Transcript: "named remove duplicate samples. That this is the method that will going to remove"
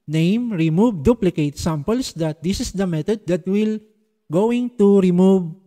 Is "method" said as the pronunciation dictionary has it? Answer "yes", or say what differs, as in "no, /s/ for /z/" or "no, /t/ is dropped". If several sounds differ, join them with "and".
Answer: no, /t/ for /θ/